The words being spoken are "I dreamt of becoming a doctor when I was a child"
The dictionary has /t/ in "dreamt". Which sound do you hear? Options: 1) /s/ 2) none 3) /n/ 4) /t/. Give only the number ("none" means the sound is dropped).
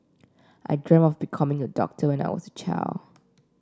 2